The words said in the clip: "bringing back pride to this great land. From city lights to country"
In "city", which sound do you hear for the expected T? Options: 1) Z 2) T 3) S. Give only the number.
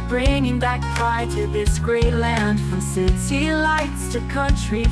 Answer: 3